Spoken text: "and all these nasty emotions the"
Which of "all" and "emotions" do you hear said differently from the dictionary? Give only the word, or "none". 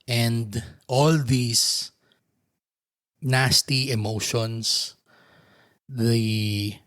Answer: emotions